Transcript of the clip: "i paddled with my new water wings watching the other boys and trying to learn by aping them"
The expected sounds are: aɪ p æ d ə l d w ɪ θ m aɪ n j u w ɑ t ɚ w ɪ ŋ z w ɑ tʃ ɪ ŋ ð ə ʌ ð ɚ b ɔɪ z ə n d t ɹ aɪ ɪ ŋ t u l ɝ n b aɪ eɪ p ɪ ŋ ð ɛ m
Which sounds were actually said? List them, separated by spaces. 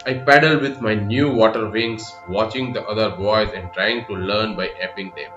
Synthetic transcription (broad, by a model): aɪ p æ d ə l d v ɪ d m aɪ n j u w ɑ t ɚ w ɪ ŋ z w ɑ tʃ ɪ ŋ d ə ʌ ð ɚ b ɔɪ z ə n d t ɹ aɪ ɪ ŋ t u l ɝ n b aɪ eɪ p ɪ ŋ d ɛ m